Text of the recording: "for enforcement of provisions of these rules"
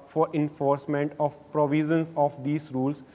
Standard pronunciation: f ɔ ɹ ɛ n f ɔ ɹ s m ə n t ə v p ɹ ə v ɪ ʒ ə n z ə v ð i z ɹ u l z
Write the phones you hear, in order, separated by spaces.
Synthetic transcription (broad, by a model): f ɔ ɹ ɛ n f ɔ ɹ s m ə n t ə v p ɹ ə v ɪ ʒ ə n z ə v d i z ɹ u l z